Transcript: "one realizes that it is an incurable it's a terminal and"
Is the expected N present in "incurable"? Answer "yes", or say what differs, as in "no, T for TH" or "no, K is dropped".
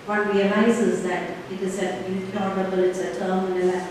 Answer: no, N is dropped